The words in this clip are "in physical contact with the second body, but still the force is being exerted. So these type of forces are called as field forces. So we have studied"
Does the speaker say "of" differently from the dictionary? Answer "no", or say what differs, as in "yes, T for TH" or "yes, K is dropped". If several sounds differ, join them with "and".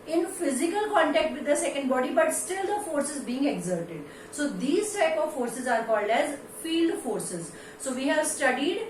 no